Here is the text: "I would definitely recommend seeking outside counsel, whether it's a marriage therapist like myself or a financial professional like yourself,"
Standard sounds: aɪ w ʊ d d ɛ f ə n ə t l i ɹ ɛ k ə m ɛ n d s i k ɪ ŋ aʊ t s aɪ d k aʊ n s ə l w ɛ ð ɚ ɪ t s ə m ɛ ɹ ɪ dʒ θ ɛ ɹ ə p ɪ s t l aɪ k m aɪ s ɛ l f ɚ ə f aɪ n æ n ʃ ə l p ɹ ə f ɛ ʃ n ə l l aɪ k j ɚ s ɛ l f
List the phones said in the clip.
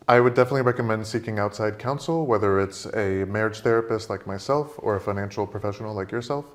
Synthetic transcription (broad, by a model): aɪ w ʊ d d ɛ f ə n ə t l i ɹ ɛ k ə m ɛ n d s i k ɪ ŋ aʊ t s aɪ d k aʊ n s l w ɛ ð ɚ ɪ t s ə m ɛ ɹ ɪ dʒ θ ɛ ɹ ə p ɪ s t l aɪ k m aɪ s ɛ l f ɚ ə f aɪ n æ n ʃ l p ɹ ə f ɛ ʃ n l l aɪ k j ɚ s ɛ l f